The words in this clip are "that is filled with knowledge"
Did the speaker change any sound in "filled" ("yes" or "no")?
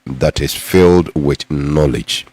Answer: no